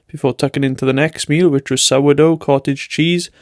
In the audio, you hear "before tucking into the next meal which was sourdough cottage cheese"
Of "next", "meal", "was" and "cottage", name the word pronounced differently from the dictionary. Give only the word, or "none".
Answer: none